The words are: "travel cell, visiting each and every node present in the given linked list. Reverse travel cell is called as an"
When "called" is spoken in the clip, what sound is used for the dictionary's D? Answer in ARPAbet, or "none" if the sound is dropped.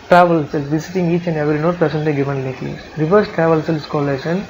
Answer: none